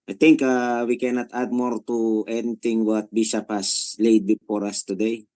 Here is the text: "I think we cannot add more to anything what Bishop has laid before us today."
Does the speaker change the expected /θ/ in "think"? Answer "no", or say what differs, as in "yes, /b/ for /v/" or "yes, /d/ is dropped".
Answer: yes, /t/ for /θ/